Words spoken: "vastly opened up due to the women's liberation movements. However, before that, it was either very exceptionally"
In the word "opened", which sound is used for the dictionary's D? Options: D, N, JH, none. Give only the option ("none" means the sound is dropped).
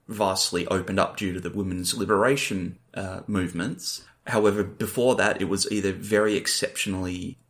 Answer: D